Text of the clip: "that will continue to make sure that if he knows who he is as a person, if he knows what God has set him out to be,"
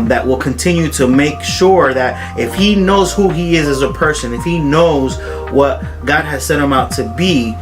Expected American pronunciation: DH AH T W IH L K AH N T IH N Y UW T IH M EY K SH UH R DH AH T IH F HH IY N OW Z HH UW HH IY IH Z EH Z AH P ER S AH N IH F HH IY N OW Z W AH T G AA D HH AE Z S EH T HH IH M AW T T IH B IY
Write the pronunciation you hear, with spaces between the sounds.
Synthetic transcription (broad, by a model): DH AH T W IH L K AH N T IH N Y UW T IH M EY K SH UH R DH AH T IH F HH IY N OW Z HH UW IY IH Z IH Z AH P ER S AH N IH F HH IY N OW Z W AH T G AA D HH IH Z S EH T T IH M AW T T IH B IY